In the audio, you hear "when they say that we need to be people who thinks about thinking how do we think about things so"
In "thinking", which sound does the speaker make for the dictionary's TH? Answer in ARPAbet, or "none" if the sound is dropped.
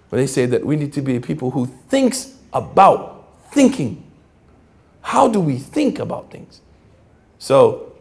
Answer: TH